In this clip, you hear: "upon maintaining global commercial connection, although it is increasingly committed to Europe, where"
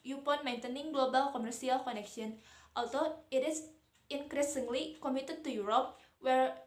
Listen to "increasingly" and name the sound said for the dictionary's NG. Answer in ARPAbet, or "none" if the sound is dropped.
NG